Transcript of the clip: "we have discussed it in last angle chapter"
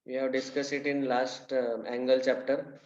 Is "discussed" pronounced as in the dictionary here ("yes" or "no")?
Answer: no